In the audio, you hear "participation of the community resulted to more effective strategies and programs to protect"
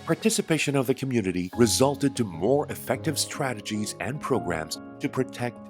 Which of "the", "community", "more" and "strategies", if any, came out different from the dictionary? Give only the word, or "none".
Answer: none